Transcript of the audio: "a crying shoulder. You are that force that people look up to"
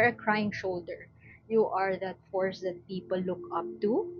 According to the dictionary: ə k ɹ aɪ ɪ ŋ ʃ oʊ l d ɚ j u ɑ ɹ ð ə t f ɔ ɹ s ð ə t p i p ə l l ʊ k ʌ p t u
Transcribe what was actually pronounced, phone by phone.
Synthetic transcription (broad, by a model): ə k ɹ aɪ ɪ ŋ ʃ oʊ l d ɚ j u ɑ ɹ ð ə t f ɔ ɹ s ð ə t p i p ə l l ʊ k ʌ p t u